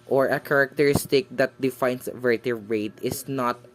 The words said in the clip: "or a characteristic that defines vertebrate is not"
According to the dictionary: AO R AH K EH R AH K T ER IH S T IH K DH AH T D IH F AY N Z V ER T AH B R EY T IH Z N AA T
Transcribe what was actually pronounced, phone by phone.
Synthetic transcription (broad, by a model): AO R AH K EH R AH K T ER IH S T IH K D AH T D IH F AY N S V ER T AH R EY T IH S N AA T